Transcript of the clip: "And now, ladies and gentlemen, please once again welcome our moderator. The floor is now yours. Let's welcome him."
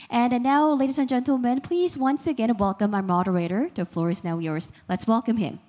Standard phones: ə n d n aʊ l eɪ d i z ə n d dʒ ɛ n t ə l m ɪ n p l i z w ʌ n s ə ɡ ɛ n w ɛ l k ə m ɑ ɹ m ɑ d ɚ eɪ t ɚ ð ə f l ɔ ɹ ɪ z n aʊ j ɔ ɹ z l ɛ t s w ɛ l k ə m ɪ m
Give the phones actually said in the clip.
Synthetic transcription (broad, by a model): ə n n aʊ l eɪ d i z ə n dʒ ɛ n t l m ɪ n p l i z w ʌ n s ə ɡ ɛ n w ɛ l k ə m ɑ m ɑ d ɚ eɪ t ɚ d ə f l ɔ ɹ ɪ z n aʊ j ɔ ɹ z l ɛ t s w ɛ l k ə m ɪ m